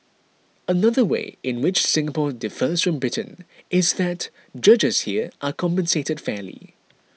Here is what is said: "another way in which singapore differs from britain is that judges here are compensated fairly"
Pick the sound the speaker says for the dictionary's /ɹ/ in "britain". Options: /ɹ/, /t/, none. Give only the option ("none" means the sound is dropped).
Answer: /ɹ/